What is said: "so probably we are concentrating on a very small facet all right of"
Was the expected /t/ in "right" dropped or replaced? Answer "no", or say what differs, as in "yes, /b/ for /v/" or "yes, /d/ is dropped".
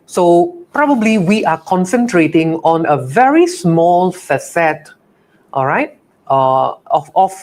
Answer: no